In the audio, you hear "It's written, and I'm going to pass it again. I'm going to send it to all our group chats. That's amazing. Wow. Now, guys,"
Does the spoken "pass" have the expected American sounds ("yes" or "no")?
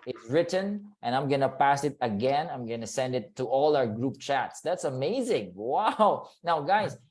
yes